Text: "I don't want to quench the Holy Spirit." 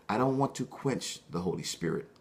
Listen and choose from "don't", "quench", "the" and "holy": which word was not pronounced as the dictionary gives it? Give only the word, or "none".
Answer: none